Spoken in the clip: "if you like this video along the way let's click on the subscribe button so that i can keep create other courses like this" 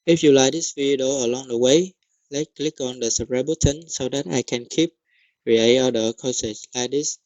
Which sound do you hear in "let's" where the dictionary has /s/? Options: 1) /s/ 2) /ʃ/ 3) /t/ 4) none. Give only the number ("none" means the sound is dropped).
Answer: 4